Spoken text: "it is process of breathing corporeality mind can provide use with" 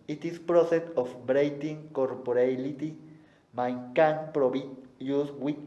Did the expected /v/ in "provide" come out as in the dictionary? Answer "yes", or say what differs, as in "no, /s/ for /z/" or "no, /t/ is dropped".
no, /b/ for /v/